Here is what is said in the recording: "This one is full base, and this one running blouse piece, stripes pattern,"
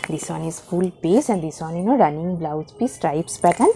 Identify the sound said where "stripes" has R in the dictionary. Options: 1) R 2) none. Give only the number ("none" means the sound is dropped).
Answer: 1